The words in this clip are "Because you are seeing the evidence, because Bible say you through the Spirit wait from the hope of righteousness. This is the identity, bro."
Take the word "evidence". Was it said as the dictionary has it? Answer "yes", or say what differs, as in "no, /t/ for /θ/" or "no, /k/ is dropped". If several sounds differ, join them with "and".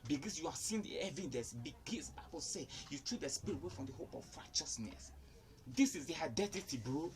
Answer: no, /n/ is dropped